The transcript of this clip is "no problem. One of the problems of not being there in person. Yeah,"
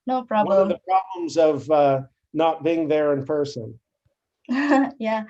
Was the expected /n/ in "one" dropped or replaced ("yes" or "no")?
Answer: yes